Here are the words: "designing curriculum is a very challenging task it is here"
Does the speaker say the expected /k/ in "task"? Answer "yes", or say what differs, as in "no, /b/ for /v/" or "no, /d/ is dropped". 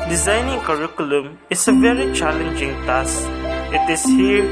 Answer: no, /k/ is dropped